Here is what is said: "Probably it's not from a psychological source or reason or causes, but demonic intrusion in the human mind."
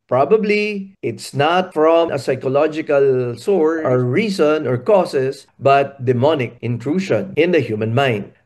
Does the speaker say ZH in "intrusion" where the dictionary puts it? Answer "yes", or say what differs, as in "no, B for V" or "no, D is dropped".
no, SH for ZH